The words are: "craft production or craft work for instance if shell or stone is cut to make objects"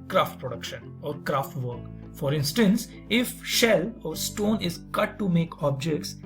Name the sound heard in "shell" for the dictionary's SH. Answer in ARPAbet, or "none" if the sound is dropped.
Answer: SH